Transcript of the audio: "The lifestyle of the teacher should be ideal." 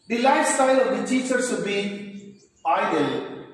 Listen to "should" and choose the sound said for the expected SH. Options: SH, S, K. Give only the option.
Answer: S